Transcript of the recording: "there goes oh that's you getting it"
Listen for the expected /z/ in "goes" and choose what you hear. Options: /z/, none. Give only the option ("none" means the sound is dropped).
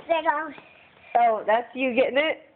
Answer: none